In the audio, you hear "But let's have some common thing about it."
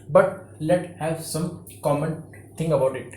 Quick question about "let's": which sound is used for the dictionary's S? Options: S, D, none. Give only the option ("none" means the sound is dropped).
none